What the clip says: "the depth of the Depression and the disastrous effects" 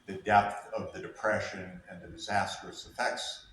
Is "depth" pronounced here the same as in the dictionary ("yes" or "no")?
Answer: yes